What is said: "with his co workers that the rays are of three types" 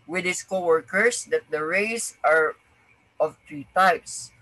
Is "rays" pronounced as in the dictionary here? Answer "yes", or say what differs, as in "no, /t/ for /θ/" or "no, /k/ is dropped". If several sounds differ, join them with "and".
no, /s/ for /z/